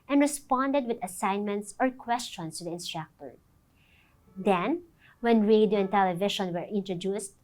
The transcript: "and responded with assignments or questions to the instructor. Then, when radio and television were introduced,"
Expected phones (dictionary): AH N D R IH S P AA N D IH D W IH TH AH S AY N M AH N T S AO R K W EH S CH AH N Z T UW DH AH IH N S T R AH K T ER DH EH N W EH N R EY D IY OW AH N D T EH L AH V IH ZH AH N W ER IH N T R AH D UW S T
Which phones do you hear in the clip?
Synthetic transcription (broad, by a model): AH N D R IH S P AA N D IH D W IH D AH S AY N M AH N T S AO R K W EH S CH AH N S T UW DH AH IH N S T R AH K T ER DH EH N W EH N R EY D IY OW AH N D T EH L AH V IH SH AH N W ER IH N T R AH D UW S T